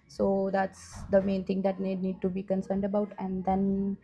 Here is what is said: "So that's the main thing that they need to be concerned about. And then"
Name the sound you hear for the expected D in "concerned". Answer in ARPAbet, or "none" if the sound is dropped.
D